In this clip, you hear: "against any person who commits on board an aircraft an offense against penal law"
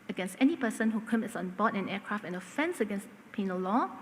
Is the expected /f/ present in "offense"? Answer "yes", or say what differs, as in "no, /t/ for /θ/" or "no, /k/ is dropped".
yes